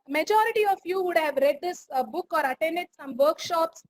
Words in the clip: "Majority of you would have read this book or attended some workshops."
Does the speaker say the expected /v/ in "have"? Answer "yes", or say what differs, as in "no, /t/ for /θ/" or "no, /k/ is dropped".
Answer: yes